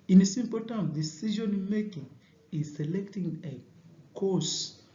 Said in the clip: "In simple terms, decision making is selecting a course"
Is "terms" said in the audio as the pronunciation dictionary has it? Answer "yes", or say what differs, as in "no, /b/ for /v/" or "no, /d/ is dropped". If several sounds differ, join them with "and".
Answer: no, /z/ is dropped